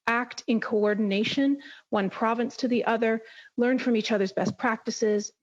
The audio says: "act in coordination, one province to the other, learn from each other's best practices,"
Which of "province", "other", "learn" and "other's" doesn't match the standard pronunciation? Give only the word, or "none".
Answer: none